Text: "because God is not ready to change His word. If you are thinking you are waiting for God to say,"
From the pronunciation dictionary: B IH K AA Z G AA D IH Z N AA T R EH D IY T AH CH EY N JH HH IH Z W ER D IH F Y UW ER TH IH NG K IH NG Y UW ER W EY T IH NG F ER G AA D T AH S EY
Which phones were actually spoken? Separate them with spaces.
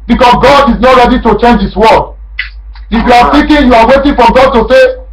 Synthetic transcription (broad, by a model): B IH K AA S G AA D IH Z N AA T R EH D IY T AH CH EY N JH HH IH S W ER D IH F Y UW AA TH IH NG K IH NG Y UW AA W EY T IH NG F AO G AA D T AH S EY